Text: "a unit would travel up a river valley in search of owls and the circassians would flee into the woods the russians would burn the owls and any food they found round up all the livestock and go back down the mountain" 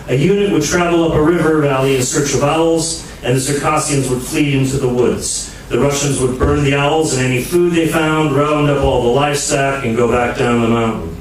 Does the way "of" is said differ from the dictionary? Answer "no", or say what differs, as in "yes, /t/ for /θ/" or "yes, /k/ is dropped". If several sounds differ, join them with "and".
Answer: no